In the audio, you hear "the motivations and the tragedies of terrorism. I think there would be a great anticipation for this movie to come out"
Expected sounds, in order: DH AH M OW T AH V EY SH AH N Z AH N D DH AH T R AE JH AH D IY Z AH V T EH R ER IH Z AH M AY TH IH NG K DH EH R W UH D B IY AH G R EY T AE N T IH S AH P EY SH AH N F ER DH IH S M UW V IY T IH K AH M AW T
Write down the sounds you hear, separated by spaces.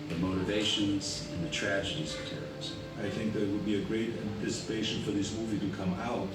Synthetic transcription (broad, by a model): DH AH M OW T AH V EY SH AH N Z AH N DH AH T R AE JH AH D IY Z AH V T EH R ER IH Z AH IH TH IH NG K DH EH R W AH D B IY AH G R EY T AE N T IH S AH P EY SH AH N F ER DH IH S M UW V IY T IH K AH M AW T